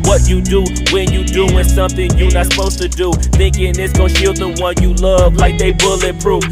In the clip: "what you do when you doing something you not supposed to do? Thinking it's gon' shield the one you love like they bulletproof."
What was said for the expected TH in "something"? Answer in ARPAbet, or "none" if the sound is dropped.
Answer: TH